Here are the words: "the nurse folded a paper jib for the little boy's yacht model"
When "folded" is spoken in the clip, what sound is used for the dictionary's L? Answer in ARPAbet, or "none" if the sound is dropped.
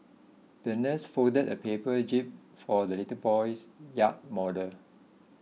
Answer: none